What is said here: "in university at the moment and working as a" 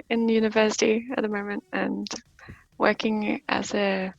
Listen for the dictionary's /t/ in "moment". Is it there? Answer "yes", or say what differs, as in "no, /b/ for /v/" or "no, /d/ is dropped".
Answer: yes